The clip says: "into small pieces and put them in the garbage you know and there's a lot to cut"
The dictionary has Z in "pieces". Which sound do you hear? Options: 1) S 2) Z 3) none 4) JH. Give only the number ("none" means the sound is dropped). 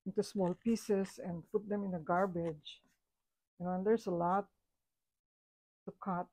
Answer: 1